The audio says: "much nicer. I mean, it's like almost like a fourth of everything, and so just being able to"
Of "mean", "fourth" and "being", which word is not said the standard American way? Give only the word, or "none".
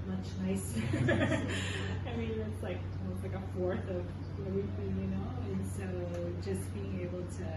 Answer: none